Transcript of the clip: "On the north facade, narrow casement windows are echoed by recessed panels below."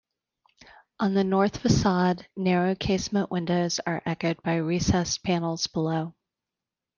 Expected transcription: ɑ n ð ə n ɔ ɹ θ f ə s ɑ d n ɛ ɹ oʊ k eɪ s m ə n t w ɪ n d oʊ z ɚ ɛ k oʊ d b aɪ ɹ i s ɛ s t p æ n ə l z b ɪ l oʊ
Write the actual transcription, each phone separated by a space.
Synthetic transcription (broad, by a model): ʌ n ð ə n ɔ ɹ θ f ə s ɑ d n ɛ ɹ oʊ k eɪ s m ə n t w ɪ n d oʊ z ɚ ɛ k oʊ d b aɪ ɹ i s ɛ s p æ n l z b ɪ l oʊ